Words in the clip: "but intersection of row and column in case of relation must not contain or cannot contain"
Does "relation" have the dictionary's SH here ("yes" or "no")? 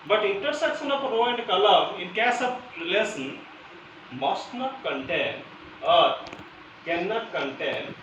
no